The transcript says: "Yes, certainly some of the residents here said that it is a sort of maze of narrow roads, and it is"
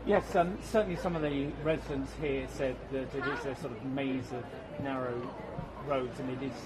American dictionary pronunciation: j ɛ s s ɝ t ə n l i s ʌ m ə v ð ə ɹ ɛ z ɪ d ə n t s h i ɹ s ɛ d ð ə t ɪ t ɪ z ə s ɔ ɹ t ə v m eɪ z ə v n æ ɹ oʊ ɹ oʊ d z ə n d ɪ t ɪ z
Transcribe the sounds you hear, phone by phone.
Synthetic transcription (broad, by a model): j ɛ s s ɝ t n l i s ʌ m ə v ð ə ɹ ɛ z ɪ d ə n t s h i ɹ s ɛ d ð ə t ɪ t ɪ z ə s ɔ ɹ t ə v m eɪ z ə v n æ ɹ oʊ ɹ oʊ d z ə n ɪ t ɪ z